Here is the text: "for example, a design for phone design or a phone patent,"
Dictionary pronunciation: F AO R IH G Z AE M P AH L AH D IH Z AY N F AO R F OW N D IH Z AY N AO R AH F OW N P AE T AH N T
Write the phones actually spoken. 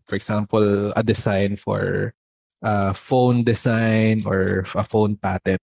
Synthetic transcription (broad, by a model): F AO R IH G S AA M P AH L AH D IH S AY N F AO R F OW N D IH S AY N AO R AH F OW N P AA T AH N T